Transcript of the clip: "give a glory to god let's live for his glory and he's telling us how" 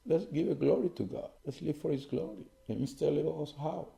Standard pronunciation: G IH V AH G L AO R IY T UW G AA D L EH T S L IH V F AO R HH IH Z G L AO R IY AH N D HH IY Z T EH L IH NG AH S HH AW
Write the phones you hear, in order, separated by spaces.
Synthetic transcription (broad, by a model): G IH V AH G L AO R IY T UW G AA D L EH T S L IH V F AO R HH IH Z G L AO R IY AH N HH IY S T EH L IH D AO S HH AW